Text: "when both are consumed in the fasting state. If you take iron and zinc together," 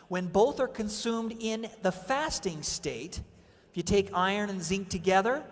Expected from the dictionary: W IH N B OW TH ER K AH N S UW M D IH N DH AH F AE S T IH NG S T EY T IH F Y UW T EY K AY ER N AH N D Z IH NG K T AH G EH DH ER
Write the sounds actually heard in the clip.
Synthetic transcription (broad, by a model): W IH N B OW TH ER K AH N S UW M D IH N DH AH F AE S T IH NG S T EY T IH F Y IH T EY K AY ER N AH N Z IH NG K T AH G EH DH ER